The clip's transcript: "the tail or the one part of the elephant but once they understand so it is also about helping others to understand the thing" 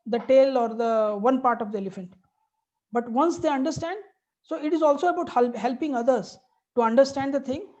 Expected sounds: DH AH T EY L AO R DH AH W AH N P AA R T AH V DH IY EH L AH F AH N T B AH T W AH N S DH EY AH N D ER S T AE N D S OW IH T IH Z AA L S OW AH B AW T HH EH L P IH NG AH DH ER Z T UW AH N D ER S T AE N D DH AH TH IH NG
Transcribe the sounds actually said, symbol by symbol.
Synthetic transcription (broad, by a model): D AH T EY L AO R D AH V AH N P AA R T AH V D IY EH L AH F AH N T B AH T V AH N S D EY AH N D ER S T AE N D S OW IH T IH Z AA L S OW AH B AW T HH EH L P IH NG AH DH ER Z T UW AH N D ER S T AE N D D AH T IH NG